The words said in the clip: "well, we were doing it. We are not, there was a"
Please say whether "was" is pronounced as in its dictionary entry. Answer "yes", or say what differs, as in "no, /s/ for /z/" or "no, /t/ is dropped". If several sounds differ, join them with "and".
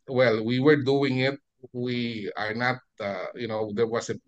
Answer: no, /s/ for /z/